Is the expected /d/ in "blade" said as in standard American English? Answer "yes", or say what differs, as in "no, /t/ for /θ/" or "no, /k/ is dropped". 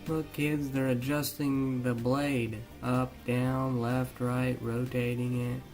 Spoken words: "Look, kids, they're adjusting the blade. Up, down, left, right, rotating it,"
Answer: yes